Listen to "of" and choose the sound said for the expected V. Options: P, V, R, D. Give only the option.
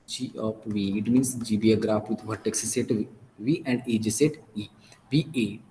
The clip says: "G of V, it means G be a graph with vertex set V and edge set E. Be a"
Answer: P